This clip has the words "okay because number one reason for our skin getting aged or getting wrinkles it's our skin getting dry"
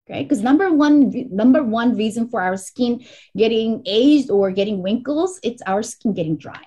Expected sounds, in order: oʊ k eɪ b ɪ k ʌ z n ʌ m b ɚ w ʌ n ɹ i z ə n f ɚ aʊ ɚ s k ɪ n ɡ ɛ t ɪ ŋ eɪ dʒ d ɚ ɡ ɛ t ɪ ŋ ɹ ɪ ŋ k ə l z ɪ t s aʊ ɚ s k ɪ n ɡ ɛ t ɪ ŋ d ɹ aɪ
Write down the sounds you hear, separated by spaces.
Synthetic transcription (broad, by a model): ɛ k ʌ b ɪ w ʌ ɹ n ʌ m b ɚ w ʌ n ɹ i z ə n f ɚ aʊ ɚ s k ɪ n ɡ ɛ t ɪ ŋ eɪ dʒ d ɚ ɡ ɛ t ɪ ŋ w ɪ ŋ k l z ɪ t s aʊ ɚ s k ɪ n ɡ ɛ t ɪ ŋ d ɹ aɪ